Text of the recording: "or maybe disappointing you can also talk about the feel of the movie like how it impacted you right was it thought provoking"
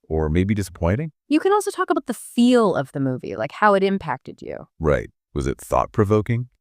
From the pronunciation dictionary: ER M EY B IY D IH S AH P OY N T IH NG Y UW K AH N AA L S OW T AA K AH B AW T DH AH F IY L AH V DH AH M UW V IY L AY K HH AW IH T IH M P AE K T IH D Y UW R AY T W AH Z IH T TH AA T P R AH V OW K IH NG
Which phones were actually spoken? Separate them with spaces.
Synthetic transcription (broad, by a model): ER M EY B IY D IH S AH P OY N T IH NG Y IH K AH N AA L S OW T AA K AH B AW T DH AH F IY L AH V DH AH M UW V IY L AY K HH AW IH T IH M P AE K T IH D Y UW R AY T W AH Z IH T TH AA T P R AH V OW K IH NG